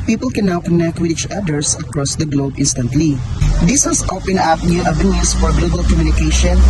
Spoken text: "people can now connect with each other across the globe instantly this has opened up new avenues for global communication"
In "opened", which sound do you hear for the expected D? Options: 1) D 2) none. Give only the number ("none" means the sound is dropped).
2